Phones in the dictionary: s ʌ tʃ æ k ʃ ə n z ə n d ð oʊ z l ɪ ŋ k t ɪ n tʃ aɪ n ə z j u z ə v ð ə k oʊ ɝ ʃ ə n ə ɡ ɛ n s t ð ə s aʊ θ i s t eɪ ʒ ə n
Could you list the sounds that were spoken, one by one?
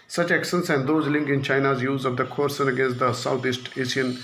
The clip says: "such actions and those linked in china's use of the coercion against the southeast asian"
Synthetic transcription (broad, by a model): s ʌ tʃ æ k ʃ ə n s ə n d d oʊ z l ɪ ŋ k ɪ n tʃ aɪ n ə z j u z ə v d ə k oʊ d s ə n ə ɡ ɛ n s t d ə s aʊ t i s t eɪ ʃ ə n